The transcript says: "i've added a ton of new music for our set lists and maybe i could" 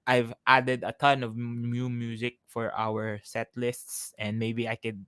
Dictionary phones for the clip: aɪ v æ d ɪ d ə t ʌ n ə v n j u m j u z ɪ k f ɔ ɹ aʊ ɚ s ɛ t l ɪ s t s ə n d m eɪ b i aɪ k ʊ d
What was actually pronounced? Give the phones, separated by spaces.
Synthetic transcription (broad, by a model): aɪ v æ d ɪ d ə t ʌ n ə v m j u m j u z ɪ k f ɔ ɹ aʊ ɚ s ɛ t l ɪ s t s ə n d m eɪ b i aɪ k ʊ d